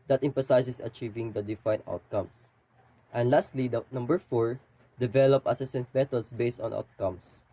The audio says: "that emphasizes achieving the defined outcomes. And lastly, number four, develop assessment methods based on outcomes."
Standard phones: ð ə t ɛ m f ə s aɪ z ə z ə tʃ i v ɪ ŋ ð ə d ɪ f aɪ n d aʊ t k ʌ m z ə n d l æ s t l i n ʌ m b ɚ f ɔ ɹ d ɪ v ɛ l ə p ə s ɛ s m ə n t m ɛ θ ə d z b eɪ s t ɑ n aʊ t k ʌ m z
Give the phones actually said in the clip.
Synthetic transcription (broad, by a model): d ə t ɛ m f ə s aɪ s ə s ə tʃ i v ɪ ŋ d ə d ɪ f aɪ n aʊ t k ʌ m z ə n d l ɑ s t l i n ʌ m b ɚ f ɔ ɹ d ɪ v ɛ l ə p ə s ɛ s ə n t m ɛ t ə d s b eɪ s t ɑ n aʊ t k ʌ m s